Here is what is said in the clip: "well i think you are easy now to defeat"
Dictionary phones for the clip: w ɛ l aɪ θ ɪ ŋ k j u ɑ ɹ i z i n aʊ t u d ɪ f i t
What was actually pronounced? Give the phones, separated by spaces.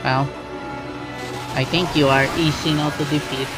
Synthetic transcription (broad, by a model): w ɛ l aɪ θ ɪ ŋ k j u ɑ ɹ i s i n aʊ t u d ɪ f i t